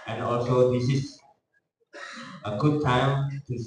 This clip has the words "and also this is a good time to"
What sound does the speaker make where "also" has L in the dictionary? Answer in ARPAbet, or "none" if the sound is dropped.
L